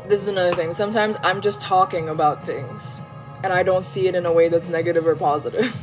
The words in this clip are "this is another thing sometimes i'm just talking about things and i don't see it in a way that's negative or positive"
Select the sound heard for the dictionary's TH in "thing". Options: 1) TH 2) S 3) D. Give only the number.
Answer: 1